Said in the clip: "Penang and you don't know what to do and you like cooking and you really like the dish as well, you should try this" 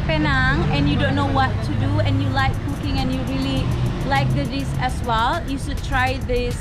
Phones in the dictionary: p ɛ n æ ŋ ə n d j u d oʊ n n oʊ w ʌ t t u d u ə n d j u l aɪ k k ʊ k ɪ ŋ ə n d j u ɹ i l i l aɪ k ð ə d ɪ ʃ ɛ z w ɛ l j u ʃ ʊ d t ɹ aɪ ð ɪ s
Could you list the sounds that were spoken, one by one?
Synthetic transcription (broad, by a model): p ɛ n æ ŋ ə n j u d oʊ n n oʊ w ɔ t t u d u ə n j u l aɪ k k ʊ k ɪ ŋ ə n j u ɹ i l i l aɪ k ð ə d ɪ s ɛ s w ɛ l j u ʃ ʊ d t ɹ aɪ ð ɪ s